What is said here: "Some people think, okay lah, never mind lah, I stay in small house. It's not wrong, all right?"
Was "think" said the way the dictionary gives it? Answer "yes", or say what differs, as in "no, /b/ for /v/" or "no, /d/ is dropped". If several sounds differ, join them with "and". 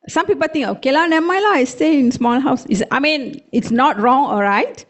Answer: no, /t/ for /θ/